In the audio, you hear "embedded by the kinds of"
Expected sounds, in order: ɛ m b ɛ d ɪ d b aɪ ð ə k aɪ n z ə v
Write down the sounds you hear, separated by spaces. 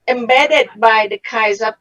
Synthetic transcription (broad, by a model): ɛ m b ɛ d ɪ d b aɪ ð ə k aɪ z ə